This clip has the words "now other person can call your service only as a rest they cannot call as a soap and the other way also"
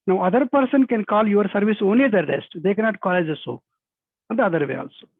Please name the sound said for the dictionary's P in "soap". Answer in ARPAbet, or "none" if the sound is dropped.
none